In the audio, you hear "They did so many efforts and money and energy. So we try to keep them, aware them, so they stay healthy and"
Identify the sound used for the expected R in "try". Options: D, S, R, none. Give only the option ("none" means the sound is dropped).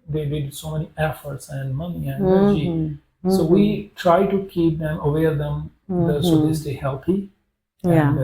R